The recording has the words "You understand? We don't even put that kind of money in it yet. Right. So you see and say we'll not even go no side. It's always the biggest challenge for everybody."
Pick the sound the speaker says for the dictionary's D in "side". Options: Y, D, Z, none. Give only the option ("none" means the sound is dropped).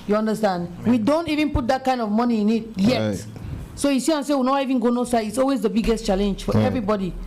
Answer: none